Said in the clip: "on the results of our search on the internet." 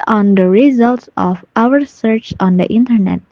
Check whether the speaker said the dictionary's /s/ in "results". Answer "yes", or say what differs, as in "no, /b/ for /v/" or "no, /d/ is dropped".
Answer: yes